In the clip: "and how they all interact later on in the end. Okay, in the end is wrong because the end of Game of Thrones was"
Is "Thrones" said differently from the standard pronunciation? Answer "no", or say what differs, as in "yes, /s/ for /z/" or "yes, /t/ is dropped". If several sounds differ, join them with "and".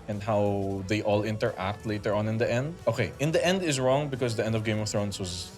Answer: yes, /s/ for /z/